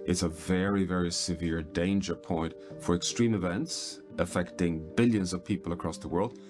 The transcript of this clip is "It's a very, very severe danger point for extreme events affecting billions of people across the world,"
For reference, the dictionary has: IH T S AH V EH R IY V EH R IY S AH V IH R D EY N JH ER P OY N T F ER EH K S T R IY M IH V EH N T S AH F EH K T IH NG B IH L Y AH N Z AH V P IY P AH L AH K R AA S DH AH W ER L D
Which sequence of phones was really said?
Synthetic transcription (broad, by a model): IH T S AH V EH R IY V EH R IY S AH V IH R D EY N JH ER P OY N T F ER EH K S T R IY M IH V EH N T S AH F EH K T IH NG B IH L Y AH N Z AH V P IY P AH L AH K R AA S DH AH W ER L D